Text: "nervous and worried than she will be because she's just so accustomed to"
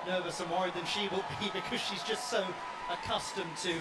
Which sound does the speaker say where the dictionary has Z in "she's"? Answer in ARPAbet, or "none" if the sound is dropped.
Z